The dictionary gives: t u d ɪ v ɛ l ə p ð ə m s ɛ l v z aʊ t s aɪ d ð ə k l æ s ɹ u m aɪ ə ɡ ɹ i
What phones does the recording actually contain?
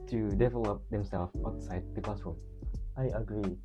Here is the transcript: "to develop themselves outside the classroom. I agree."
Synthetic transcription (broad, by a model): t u d ɪ v ɛ l ə p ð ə m s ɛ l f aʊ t s aɪ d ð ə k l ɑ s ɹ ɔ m aɪ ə ɡ ɹ i